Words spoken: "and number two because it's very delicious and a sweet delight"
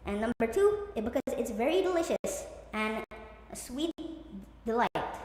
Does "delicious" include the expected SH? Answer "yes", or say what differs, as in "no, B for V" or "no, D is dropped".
yes